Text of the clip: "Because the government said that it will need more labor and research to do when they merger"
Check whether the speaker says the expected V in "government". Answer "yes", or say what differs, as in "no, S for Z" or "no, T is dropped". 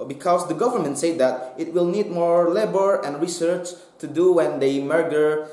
yes